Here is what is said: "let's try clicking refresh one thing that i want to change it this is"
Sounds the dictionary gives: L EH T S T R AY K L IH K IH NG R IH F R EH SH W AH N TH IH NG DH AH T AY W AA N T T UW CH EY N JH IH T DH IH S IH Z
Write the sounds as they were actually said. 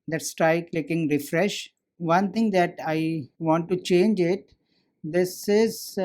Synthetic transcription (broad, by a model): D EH T S T R AY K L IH K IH NG R IH F R EH SH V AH N T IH NG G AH T AY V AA N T T UW CH EY N JH IH T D IH S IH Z